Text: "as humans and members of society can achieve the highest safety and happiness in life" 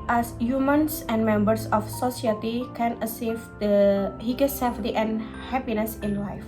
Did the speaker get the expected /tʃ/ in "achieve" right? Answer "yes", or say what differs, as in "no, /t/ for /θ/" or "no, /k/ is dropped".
no, /s/ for /tʃ/